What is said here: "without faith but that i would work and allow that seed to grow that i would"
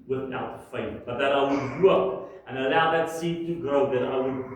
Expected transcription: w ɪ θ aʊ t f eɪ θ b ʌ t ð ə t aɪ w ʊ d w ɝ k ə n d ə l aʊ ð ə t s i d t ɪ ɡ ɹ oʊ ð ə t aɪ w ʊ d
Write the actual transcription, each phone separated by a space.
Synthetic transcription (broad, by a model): w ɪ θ aʊ t f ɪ t b ʌ t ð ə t aɪ w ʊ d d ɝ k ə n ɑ ə l aʊ ð ə t s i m t ɪ ɡ ɹ oʊ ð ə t aɪ w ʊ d